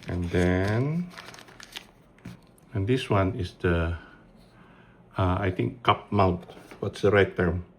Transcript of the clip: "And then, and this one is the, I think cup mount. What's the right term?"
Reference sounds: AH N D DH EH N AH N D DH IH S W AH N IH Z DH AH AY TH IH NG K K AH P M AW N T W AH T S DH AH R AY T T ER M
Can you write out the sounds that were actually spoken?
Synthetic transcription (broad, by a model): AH N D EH N AH N D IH S W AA N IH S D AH AY T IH NG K K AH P M AW N T W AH T S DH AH R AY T T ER M